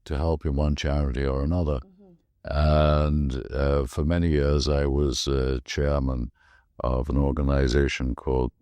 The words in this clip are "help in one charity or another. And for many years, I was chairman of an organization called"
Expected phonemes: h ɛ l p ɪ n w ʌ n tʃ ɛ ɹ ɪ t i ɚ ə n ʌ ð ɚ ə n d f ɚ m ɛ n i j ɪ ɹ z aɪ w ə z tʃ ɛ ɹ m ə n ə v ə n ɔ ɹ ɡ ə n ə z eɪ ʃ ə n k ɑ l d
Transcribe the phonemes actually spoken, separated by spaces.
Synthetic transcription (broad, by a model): h ɛ l p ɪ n w ʌ n tʃ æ ɹ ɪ t i ɚ ə n ʌ ð ɚ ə n f ɚ m ɛ n i j ɪ ɹ z aɪ w ə z tʃ ɛ ɹ m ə n ə v ə n ɔ ɹ ɡ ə n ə z eɪ ʃ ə n k ɑ l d